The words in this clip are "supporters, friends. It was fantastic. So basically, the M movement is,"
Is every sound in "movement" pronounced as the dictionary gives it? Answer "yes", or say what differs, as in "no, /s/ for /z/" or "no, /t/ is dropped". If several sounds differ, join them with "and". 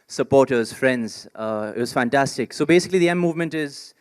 yes